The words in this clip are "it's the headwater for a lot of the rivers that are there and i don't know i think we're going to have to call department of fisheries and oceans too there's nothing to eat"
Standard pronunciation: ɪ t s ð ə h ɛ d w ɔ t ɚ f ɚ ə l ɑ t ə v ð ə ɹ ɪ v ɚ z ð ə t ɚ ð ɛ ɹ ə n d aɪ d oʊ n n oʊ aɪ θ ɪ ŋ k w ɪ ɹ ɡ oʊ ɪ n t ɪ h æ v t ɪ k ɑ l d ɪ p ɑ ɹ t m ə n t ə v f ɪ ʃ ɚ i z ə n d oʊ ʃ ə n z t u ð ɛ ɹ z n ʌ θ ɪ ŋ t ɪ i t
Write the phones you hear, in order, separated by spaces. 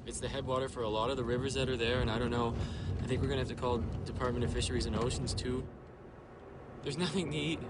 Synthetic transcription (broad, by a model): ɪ t s ð ə h ɛ d w ɔ t ɚ f ɚ ə l ɑ t ə v ð ə ɹ ɪ v ɚ z ð ə t ɚ ð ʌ ɹ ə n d aɪ d oʊ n n oʊ aɪ θ ɪ ŋ k w ɪ ɹ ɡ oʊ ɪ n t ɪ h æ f t ɪ k ɑ l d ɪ p ɑ ɹ t m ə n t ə f ɪ ʃ ɚ i z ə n oʊ ʃ n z t u ð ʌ ɹ z n ʌ θ ɪ ŋ t ɪ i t